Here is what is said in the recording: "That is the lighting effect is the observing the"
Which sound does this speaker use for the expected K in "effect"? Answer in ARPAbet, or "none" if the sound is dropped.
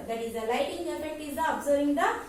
none